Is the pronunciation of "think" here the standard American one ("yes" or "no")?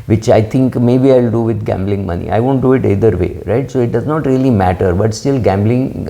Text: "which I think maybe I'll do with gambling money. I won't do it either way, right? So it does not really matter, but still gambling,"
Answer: no